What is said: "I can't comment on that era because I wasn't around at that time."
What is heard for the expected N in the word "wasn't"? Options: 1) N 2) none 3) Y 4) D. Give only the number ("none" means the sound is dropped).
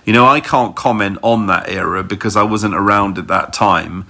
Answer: 1